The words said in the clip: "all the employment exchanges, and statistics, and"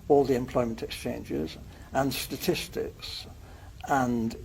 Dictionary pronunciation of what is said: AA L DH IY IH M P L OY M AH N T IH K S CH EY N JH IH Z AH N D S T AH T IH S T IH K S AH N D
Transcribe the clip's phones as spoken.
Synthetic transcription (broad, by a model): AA L DH IY IH M P L OY M AH N T IH K S CH EY N JH IH Z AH N S T AH T IH S T IH K S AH N